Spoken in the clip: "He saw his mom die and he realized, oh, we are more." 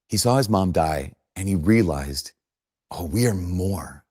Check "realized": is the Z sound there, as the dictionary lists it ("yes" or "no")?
yes